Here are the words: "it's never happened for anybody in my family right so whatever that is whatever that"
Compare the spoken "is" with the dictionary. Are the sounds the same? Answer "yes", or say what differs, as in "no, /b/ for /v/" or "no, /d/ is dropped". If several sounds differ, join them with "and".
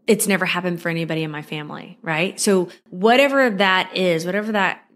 yes